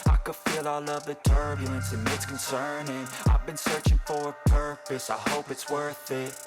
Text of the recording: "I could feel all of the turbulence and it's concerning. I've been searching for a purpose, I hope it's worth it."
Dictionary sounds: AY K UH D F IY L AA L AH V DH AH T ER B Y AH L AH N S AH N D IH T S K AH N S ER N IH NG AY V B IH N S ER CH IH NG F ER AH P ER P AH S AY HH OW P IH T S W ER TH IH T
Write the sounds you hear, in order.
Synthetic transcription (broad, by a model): AY K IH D F IY L AA L AH V DH AH T ER B Y AH L AH N S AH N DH IH T S K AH N S ER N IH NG AY V B IH N S ER CH IH NG F ER AH P ER P AH S AY HH OW P IH T S W ER TH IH T